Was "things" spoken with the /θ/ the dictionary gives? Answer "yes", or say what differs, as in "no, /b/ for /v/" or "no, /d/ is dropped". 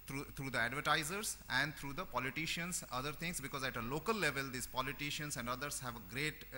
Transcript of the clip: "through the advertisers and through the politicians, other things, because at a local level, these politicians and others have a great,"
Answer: no, /t/ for /θ/